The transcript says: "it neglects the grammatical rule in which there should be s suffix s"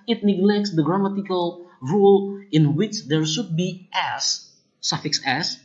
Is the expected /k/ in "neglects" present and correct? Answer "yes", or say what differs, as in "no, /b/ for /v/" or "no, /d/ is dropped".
yes